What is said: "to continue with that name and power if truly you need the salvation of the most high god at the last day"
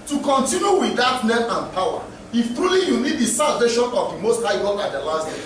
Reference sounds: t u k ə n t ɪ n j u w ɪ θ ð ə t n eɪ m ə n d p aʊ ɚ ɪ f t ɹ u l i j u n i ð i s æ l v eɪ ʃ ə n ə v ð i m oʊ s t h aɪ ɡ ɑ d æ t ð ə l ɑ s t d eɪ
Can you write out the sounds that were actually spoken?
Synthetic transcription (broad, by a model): t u k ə n t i n j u w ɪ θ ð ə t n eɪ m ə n p aʊ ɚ ɪ f t ɹ u l i j u n i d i s æ l v eɪ ʃ ə n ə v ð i m oʊ s t h aɪ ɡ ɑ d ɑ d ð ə l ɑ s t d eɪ